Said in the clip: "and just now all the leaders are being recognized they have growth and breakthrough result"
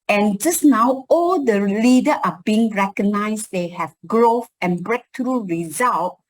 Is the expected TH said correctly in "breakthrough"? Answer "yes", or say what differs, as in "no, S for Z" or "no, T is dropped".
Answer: no, T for TH